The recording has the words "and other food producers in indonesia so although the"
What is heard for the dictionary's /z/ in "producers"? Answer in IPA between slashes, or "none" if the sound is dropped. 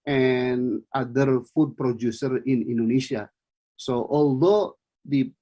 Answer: none